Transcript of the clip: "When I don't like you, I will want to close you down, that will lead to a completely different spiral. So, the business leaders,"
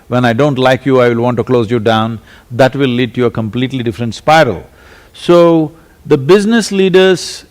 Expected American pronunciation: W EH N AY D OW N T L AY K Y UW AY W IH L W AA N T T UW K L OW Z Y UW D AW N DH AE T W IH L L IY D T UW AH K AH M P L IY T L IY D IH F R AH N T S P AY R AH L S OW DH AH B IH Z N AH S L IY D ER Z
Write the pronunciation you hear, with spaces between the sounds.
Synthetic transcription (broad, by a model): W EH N AY D OW N T L AY K Y UW AY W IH L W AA N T T UW K L OW Z Y UW D AW N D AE T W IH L L IY D T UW AH K AH M P L IY T L IY D IH F R AH N T S P AY R AH L S OW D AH B IH Z N AH S L IY D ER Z